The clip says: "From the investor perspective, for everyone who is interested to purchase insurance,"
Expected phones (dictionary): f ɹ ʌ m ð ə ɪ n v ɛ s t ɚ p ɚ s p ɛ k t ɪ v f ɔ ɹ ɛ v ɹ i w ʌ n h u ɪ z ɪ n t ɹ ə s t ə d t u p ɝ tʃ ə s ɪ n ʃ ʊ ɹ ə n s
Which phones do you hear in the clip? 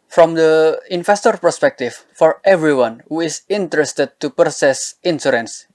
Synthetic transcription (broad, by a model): f ɹ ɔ m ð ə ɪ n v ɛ s t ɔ p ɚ s p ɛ k t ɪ f ɔ ɹ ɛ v ɹ i w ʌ n h u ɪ s ɪ n t ɹ ə s t ə d t u p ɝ s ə s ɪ n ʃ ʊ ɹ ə n s